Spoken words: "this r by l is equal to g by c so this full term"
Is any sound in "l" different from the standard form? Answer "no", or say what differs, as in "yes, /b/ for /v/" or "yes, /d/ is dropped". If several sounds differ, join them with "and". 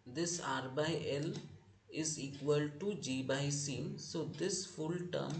no